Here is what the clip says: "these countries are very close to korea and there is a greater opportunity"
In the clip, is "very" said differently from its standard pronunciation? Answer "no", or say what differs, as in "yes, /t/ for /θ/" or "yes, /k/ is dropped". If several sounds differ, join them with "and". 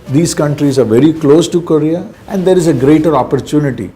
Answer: no